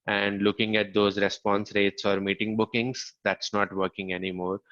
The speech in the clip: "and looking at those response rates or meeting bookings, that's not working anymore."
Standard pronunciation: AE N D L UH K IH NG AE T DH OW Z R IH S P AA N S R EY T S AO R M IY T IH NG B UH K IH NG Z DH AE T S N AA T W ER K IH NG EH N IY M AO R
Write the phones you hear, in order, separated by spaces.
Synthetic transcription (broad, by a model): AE N D L UH K IH NG AE T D OW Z R IH S P AA N S R EY T S AO R M IY T IH NG B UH K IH NG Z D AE T S N AA T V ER K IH NG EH N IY M AO R